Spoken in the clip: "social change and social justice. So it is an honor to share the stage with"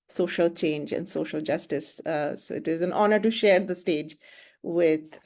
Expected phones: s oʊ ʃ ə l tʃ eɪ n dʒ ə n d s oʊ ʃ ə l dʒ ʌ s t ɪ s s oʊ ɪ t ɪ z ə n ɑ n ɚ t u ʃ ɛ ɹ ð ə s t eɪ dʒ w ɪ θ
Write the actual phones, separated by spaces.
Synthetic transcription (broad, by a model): s oʊ ʃ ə l tʃ eɪ n dʒ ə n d s oʊ ʃ ə l dʒ ʌ s t ɪ s s oʊ ɪ t ɪ z ə n ɑ n ɚ t u ʃ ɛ ɹ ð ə s t eɪ dʒ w ɪ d